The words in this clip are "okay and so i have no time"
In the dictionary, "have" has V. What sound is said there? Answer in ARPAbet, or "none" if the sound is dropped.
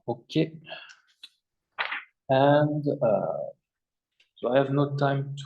V